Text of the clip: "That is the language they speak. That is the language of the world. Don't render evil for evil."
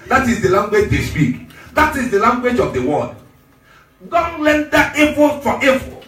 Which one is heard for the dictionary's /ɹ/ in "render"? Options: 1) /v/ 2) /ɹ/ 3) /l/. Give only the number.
3